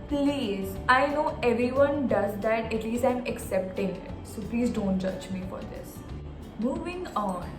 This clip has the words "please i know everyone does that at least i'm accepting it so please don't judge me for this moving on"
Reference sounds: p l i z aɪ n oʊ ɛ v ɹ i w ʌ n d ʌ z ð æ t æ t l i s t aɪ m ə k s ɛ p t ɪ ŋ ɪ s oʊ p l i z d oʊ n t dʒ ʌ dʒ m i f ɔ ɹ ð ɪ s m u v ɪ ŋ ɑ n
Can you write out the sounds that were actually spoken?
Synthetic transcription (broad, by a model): p l i z aɪ n oʊ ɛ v ɹ i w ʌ n d ʌ z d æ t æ t l i s t aɪ m ə k s ɛ p t ɪ ŋ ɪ s oʊ p l i z d oʊ n t dʒ ʌ dʒ m i f ɔ ɹ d ɪ s m u v ɪ ŋ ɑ n